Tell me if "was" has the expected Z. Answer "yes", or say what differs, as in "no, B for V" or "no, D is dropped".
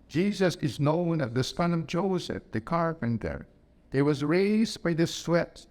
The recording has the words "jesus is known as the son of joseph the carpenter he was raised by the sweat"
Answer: yes